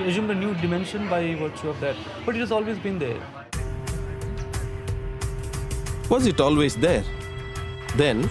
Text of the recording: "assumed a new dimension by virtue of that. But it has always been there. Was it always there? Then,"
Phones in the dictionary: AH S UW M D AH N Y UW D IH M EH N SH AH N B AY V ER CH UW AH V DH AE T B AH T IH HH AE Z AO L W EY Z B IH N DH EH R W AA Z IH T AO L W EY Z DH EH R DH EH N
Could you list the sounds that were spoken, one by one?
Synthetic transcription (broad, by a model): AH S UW M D AH N Y UW D IH M EH N SH AH N B AY V ER CH UW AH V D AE T B AH T IH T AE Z AO L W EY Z B IH N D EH R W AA Z IH T AO L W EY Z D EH R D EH N